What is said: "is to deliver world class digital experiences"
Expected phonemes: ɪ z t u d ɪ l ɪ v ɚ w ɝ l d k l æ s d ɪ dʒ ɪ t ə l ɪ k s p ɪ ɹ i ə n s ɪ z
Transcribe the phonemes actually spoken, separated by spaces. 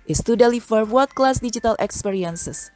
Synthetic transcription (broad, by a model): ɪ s t u d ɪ l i f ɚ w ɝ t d k l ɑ s d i dʒ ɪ t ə l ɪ k s p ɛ ɹ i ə n s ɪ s